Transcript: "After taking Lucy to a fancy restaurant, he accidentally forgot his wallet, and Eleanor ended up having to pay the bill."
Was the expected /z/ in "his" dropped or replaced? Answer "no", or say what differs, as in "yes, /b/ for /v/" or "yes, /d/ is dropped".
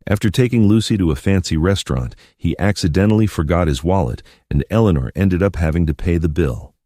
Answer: no